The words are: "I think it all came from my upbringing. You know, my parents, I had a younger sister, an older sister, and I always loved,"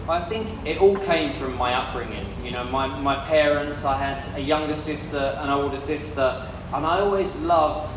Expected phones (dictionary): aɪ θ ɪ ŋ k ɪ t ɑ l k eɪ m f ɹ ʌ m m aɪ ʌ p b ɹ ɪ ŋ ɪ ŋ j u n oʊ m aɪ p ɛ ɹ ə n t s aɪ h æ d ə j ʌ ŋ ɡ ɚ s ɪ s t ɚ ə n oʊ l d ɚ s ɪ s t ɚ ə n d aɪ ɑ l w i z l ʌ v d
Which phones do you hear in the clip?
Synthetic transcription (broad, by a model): aɪ θ ɪ ŋ k ɪ t ɑ l k eɪ m f ɹ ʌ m m aɪ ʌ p ɹ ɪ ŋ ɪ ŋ j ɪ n oʊ m aɪ p ɛ ɹ ə n t s aɪ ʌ d ə j ʌ ŋ ɡ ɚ s ɪ s t ɚ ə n oʊ l d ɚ s ɪ s t ɚ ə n aɪ ɑ l w i z l ʌ v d